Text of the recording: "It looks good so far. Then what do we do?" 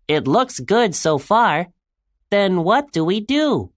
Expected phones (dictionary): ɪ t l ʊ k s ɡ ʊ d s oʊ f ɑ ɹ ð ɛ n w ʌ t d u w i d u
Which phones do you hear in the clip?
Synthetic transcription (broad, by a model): ɪ t l ʊ k s ɡ ʊ d s oʊ f ɑ ɹ ð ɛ n w ʌ t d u w i d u